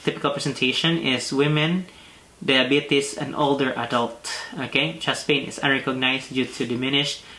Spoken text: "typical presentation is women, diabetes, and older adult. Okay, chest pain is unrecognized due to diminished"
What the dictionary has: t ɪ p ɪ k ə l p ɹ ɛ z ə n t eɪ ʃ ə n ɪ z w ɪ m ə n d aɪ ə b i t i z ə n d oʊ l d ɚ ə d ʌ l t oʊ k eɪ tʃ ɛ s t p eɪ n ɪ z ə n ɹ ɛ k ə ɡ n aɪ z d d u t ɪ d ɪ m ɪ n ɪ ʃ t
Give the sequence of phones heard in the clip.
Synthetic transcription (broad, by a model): t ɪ p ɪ k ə l p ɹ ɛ s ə n t eɪ ʃ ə n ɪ s w ɪ m ə n d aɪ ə b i t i s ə n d oʊ l d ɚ ə d ʌ l t oʊ k eɪ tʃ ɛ s p eɪ n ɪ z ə n ɹ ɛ k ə ɡ n aɪ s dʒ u t ɪ d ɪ m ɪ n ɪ ʃ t